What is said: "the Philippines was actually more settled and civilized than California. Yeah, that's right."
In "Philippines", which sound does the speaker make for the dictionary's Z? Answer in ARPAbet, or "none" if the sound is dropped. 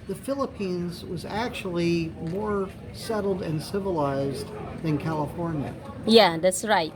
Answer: Z